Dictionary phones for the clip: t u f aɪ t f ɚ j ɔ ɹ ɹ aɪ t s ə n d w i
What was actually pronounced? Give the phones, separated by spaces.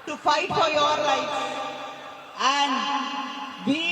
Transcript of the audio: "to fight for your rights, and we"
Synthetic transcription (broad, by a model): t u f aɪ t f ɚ j ɔ ɹ l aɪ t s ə n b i